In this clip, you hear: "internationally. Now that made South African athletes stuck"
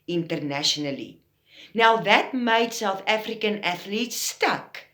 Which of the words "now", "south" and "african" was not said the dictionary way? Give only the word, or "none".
south